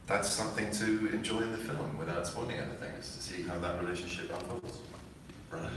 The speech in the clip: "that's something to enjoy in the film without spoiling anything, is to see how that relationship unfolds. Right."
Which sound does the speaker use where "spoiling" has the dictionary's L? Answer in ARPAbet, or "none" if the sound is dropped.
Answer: N